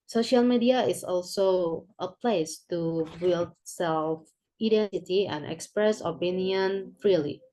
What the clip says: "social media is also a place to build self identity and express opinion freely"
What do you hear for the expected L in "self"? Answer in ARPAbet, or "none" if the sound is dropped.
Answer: L